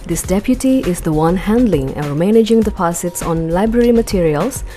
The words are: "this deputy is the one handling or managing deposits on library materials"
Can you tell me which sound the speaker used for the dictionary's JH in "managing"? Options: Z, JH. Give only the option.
JH